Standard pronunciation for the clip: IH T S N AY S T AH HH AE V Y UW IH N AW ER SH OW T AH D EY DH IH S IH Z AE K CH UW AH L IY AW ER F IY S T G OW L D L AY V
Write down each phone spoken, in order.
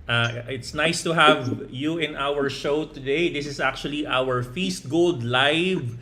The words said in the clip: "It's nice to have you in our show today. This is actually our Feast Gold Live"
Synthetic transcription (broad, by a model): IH T S N AY S T AH HH AE V Y UW IH N AW ER SH OW T AH D EY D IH S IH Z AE K CH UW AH L IY AW ER F IY S T G OW L D L AY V